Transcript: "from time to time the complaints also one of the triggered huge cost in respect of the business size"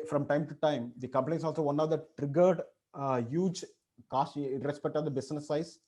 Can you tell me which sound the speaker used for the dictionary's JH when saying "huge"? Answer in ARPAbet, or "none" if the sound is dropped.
JH